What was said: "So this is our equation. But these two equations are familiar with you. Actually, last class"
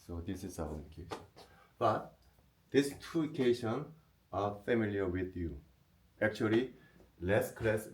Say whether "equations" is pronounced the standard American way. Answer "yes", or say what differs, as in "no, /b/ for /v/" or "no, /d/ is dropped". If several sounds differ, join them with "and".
no, /z/ is dropped